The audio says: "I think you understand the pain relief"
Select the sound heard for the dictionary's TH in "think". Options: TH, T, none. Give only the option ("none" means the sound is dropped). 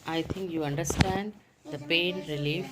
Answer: T